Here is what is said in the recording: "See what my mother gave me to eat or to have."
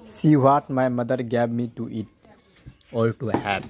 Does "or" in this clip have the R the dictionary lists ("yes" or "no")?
no